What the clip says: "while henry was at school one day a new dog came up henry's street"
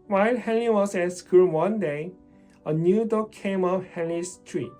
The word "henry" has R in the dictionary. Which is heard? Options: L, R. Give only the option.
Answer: L